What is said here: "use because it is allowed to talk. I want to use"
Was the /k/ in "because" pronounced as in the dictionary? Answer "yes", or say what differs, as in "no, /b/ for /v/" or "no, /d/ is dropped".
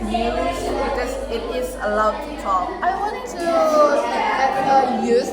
no, /k/ is dropped